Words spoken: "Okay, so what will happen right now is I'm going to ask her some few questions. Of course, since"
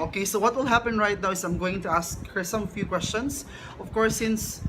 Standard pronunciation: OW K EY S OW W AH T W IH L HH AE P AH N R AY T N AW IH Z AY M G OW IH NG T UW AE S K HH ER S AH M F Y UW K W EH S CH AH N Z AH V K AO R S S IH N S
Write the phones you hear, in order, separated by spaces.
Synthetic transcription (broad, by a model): OW K EY S OW W AH T W IH L HH AE P AH N R AY T N AW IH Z AY M G OW IH NG T UW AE S K HH ER S AH M F Y UW K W EH S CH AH N S AH V K AO R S S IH N S